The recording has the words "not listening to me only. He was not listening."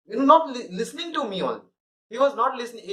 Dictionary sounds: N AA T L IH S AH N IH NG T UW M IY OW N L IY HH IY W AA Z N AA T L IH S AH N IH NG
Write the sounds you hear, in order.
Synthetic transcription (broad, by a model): N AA T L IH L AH N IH NG T UW M IY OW L HH IY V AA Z N AA T L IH S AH N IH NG